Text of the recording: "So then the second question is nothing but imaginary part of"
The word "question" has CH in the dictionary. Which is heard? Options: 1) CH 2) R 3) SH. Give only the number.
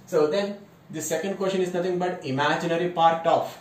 3